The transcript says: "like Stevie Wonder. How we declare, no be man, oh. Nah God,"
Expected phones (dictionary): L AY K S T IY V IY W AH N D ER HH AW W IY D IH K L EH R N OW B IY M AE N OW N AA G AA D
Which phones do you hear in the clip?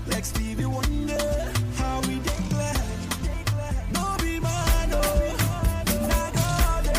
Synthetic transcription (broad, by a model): L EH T S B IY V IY W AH N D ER HH AW W IY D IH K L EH L N OW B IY M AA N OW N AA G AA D